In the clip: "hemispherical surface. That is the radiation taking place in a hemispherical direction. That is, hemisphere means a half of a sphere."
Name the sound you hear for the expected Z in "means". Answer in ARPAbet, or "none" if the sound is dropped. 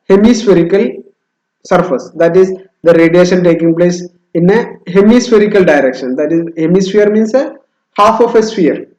S